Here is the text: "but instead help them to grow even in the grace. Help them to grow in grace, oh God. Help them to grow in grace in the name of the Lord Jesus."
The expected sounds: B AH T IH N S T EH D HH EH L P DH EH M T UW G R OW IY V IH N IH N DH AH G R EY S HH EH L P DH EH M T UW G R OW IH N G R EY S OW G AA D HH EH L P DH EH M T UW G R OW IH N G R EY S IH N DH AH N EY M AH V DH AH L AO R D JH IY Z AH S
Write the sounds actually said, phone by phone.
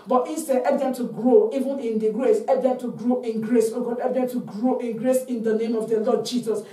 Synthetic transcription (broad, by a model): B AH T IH N S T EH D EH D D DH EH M T UW G R OW IY V IH N IH N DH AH G R EY S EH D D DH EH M T UW G R OW IH N G R EY S OW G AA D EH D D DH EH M T UW G R OW IH N G R EY S IH N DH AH N EY M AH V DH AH L AO D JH IY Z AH S